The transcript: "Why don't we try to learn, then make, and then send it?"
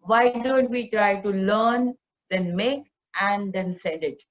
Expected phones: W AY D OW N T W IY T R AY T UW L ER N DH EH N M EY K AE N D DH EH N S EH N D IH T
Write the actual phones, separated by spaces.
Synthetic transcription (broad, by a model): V AY D OW N T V IY T R AY T UW L ER N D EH N M EY K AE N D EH N S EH D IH T